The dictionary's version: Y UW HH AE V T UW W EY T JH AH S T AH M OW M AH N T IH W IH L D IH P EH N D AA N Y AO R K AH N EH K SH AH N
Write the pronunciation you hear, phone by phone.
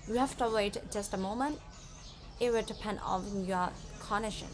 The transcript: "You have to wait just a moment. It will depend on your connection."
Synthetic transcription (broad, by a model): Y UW HH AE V T UW W EY T JH AH S T AH M OW M AH N T IH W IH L D IH P EH N D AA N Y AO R K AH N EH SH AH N